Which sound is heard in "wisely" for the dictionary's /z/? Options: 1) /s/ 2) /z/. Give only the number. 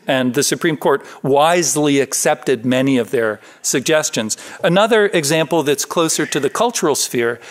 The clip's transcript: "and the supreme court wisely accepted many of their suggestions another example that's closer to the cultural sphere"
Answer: 2